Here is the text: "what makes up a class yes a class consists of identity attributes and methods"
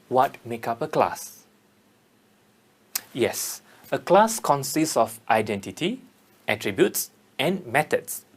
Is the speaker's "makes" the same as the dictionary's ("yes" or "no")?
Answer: no